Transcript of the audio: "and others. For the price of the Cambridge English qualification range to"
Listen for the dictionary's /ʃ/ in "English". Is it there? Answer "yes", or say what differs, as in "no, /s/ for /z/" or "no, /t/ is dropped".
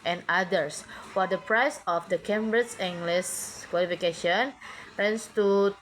no, /s/ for /ʃ/